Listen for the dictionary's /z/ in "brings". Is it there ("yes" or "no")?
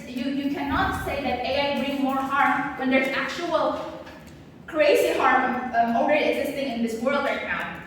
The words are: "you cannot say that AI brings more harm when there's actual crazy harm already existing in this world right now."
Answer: no